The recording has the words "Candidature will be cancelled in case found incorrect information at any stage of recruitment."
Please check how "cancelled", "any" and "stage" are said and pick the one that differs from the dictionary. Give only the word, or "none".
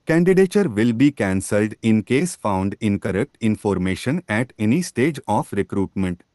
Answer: none